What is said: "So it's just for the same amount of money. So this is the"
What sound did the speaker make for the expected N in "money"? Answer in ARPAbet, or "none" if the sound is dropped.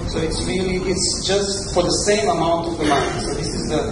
L